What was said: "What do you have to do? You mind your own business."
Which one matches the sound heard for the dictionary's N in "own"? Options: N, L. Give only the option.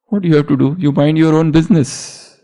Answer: N